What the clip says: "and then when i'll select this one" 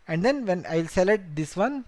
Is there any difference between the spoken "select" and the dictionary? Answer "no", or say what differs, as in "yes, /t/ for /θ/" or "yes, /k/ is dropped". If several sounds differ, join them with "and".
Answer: yes, /k/ is dropped